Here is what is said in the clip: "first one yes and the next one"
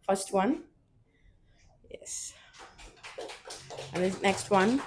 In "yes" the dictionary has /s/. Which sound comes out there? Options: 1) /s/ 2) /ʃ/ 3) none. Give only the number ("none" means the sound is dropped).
1